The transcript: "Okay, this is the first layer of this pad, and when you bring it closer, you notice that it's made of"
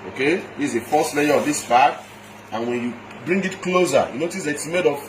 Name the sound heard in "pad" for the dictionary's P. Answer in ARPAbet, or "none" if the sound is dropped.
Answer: B